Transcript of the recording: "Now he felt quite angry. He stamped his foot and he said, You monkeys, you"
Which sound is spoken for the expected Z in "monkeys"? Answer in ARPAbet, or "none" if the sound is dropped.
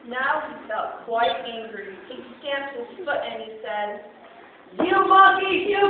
none